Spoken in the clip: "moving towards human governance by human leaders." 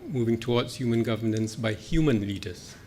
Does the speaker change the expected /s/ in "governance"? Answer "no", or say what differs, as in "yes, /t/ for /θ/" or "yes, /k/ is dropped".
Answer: no